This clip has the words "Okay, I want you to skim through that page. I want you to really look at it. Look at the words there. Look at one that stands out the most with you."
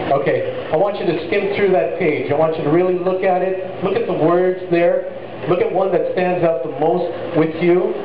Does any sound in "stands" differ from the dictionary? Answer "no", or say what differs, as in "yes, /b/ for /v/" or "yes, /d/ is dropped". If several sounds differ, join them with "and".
no